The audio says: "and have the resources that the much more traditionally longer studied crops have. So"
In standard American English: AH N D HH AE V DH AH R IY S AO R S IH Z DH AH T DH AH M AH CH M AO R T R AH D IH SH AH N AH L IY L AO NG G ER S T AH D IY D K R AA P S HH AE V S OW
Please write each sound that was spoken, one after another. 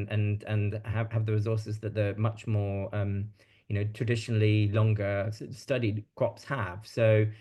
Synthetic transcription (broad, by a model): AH N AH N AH V DH AH R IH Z AO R S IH Z DH AH T DH AH M AH CH M AO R T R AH D IH SH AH N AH L IY L AO NG G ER S T AH D IY D K R AA P S HH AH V S OW